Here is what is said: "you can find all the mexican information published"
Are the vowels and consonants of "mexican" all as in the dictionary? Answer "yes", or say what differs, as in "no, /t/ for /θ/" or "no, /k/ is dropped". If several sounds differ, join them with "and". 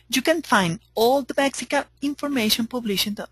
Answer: no, /n/ is dropped